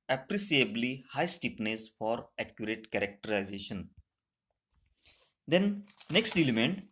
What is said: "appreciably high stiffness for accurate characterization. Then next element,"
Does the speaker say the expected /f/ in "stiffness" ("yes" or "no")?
no